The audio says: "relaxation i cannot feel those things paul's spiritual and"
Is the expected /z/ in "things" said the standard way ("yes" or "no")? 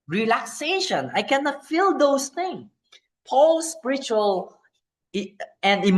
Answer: no